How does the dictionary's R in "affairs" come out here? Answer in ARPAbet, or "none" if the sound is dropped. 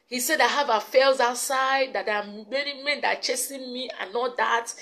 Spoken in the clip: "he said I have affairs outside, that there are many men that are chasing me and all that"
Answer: L